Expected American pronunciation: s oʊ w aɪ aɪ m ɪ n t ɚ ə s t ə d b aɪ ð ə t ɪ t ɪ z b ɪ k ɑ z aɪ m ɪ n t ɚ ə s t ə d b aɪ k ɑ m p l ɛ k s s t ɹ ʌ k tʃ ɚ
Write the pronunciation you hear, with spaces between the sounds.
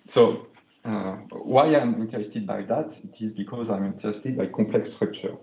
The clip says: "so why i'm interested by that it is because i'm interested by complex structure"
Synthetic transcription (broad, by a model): s oʊ w aɪ aɪ m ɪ n t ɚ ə s t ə d b aɪ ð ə t ɪ t ɪ z b ɪ k ɑ z aɪ m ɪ n t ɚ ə s t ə d b aɪ k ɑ p l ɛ k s s t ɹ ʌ k tʃ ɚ